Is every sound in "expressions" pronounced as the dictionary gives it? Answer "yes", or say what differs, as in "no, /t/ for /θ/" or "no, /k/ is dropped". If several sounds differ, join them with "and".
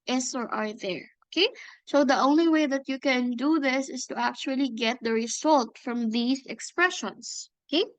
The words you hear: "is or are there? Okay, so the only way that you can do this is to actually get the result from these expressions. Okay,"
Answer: no, /s/ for /z/